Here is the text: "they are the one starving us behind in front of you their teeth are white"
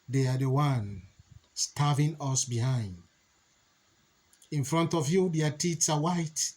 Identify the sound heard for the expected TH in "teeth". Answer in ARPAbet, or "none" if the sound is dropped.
S